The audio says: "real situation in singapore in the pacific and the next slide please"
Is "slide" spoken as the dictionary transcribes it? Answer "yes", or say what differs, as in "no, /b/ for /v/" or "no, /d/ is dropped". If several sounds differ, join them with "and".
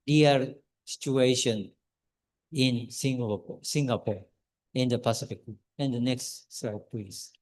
no, /l/ is dropped